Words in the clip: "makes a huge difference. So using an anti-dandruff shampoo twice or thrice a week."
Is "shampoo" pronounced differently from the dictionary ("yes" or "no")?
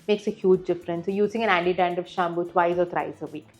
yes